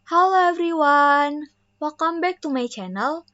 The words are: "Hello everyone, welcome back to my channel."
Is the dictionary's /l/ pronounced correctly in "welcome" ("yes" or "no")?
no